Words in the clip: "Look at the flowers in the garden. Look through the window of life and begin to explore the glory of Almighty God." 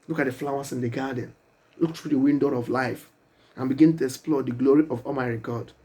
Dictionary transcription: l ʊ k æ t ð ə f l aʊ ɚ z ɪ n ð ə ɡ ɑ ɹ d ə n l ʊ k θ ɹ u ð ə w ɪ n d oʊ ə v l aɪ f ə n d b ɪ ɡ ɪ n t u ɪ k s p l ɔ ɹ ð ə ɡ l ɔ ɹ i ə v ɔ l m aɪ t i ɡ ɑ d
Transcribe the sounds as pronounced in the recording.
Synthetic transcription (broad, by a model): l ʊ k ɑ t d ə f l aʊ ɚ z ɪ n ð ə ɡ ɑ d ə n l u k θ ɹ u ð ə w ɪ n d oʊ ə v l aɪ f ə n b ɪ ɡ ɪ n t u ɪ k s p l ɔ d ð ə ɡ l ɔ ɹ i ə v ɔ m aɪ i ɡ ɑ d